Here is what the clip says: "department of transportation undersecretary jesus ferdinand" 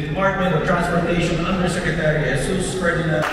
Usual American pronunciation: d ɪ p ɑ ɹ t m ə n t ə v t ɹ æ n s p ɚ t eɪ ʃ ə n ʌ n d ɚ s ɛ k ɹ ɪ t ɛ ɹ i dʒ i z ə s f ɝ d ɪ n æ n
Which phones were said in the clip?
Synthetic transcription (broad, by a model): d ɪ p ɑ ɹ t m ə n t ə v t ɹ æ n s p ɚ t eɪ ʃ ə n ʌ n d ɚ s ɛ k ɹ ɪ t ɛ ɹ i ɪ s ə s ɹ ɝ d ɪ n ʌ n